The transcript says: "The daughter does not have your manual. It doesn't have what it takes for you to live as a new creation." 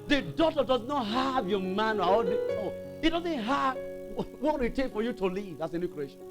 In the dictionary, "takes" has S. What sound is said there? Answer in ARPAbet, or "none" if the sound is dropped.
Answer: none